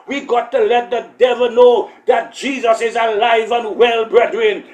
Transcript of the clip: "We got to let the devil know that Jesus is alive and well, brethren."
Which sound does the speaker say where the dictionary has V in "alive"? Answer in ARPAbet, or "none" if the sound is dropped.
V